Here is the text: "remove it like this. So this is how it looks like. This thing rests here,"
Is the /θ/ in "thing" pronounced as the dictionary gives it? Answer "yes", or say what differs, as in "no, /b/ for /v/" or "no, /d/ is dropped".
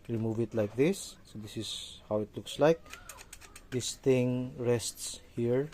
no, /t/ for /θ/